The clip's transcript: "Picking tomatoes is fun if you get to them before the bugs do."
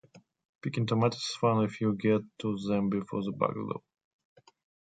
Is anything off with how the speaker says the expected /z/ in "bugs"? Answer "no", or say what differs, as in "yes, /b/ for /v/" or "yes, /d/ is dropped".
yes, /z/ is dropped